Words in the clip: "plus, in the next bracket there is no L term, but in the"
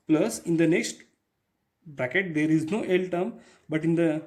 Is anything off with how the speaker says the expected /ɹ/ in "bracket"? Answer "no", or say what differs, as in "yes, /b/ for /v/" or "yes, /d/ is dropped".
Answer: no